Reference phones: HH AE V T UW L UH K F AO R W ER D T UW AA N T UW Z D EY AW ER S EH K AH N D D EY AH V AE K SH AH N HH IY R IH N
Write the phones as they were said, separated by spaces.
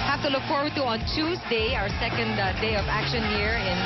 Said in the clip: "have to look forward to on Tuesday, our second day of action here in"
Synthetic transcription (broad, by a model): HH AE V T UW L UH K F AO R W ER D T UW AA N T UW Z D EY AW ER S EH K AH N D D EY AH V AE K SH AH N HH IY R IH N